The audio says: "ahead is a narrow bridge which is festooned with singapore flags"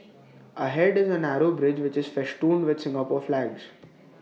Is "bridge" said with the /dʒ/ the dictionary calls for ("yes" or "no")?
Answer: yes